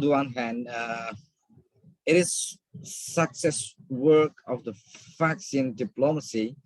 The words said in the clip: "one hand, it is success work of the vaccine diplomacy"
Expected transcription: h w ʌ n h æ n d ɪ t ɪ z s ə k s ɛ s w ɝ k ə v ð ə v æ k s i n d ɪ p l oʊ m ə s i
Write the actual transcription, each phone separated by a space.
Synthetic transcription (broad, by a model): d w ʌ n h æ n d ɪ t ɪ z s ə k s ɛ s w ɝ k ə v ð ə f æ k s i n d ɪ p l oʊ m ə s i